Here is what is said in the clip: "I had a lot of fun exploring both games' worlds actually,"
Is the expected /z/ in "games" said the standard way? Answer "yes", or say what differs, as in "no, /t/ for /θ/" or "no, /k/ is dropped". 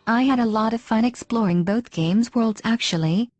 yes